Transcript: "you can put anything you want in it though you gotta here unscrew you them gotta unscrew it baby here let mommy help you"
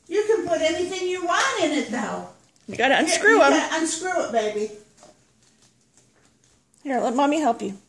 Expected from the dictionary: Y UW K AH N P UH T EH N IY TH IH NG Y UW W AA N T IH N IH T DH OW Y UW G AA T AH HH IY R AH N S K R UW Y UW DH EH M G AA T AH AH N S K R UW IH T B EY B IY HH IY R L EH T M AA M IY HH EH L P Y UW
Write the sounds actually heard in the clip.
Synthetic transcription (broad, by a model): Y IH K AH N P UH T EH N IY TH IH NG Y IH W AA N T IH N IH T DH OW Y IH G AA T AH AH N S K R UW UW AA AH AH N S K R UW IH T B EY B IY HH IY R L EH T M AA M IY HH EH L P Y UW